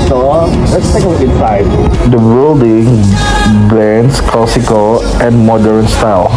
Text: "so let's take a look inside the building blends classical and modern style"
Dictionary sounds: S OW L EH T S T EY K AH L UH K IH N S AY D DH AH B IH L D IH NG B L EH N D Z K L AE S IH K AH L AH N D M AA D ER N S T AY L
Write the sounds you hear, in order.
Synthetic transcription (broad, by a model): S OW L EH T S T EY K AH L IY IH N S AY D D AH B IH L D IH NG B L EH N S K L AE S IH K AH L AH N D M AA D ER N S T AY L